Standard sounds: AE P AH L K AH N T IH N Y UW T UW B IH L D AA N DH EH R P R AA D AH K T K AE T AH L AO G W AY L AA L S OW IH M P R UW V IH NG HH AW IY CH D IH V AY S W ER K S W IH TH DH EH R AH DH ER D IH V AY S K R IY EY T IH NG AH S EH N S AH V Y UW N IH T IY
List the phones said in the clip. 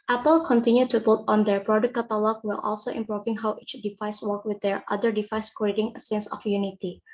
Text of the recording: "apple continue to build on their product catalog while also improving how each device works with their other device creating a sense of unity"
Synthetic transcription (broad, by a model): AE P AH L K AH N T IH N Y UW T UW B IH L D AA N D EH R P R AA D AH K K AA T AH L AO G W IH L AA L S OW IH M P R UW V IH NG HH AW IY CH D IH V AY S W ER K W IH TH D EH R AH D ER D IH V AY S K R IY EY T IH NG AH S EH N S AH F Y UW N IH T IY